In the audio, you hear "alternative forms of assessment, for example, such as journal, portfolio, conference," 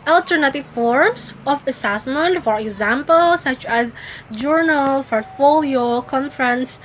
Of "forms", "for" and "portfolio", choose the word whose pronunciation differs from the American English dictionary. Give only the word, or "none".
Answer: forms